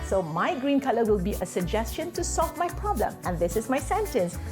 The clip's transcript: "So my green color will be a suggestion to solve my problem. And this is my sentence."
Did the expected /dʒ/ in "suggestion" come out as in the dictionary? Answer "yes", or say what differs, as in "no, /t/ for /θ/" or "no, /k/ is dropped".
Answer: yes